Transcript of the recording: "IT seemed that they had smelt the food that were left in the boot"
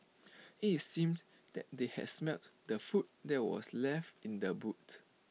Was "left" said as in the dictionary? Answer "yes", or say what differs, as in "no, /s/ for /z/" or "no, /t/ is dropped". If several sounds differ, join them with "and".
yes